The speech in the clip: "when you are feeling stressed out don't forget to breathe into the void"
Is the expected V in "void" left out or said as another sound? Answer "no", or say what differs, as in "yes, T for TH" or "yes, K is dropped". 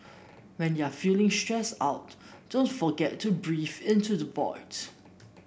yes, B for V